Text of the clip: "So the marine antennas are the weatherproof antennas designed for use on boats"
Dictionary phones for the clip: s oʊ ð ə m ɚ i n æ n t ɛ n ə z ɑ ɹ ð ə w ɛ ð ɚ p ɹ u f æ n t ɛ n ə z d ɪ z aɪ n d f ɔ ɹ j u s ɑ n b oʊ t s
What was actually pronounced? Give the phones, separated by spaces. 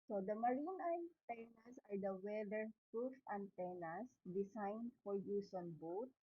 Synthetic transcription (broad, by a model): s oʊ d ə m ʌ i n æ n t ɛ n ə s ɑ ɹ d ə w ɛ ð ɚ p ɹ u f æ n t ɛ n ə s d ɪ s aɪ n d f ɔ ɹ j u s ɑ n b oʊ t